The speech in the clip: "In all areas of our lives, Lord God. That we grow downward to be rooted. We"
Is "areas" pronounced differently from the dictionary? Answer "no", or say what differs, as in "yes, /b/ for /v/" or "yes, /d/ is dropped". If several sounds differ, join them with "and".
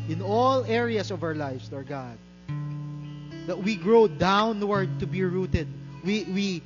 yes, /s/ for /z/